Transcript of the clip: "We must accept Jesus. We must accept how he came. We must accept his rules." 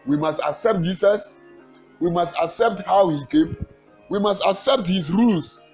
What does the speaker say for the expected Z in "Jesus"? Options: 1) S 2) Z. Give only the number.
1